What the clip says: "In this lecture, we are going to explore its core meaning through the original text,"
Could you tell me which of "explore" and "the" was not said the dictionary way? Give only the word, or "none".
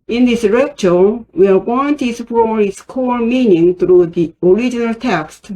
explore